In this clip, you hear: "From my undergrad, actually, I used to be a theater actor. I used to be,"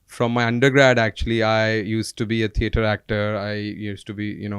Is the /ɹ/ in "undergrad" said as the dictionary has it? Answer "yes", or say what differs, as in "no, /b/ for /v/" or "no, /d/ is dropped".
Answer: yes